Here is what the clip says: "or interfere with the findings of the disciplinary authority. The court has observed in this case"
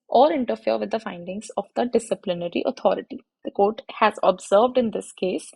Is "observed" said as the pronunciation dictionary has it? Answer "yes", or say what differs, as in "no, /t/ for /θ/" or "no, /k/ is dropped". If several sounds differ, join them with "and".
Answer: yes